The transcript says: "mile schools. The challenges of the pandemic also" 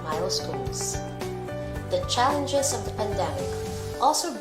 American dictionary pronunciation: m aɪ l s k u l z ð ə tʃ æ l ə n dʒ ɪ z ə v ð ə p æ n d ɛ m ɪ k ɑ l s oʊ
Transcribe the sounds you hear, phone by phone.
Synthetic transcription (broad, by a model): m aɪ l s k u l z ð ə tʃ æ l ə n dʒ ɪ z ə v ð ə p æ n d ɛ m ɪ k ɑ l s oʊ